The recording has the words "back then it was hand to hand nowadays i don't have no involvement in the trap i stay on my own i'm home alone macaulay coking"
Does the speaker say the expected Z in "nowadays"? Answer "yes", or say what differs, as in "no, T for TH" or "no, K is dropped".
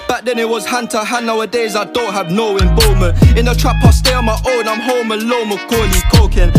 yes